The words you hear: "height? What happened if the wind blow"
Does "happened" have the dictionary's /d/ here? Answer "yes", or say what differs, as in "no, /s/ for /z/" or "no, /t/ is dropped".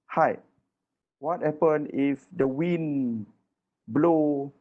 no, /d/ is dropped